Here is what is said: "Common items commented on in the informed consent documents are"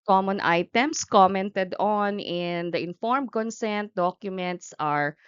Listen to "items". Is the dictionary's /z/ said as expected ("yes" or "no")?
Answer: no